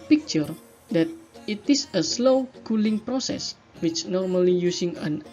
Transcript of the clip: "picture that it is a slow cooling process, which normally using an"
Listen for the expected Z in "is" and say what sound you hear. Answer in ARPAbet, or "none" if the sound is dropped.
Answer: S